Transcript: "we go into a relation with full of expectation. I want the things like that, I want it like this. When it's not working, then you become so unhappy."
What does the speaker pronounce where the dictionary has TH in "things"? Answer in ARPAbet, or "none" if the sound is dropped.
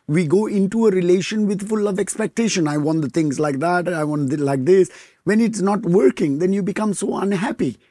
T